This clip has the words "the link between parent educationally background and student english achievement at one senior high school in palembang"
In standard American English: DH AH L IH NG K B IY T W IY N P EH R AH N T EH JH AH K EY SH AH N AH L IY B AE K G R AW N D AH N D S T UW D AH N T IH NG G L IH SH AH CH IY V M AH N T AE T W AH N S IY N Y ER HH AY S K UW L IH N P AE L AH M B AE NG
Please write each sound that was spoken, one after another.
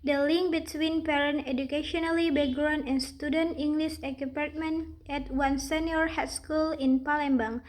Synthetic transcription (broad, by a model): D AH L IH NG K B IY T W IY N P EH R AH N EH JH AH K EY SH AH N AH L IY B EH G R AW N AH N S T UW D AH N T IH NG G L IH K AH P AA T M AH N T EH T W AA N S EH N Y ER HH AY S K UW L IH N P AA L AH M B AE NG